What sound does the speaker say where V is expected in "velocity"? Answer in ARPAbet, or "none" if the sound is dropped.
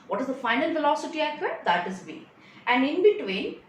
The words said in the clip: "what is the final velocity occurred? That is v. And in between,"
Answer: F